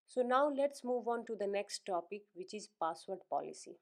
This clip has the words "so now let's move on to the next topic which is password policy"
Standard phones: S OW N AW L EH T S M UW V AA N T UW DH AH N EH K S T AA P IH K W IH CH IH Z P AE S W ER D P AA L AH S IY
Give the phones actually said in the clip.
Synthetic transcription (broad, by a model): S OW N AW L EH T S M UW V AA N T UW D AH N EH K S T AA P IH K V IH CH IH Z P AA S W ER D P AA L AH S IY